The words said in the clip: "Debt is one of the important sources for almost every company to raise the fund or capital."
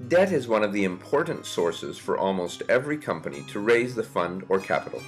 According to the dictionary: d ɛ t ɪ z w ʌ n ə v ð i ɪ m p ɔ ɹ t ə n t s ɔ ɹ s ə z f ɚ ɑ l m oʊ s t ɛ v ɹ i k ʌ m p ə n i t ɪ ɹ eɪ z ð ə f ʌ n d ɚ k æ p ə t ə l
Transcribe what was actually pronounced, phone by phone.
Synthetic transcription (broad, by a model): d ɛ t ɪ z w ʌ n ə v ð i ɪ m p ɔ ɹ t n t s ɔ ɹ s ə z f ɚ ɑ l m oʊ s t ɛ v ɹ i k ʌ m p ə n i t ɪ ɹ eɪ z ð ə f ʌ n d ɚ k æ p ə t l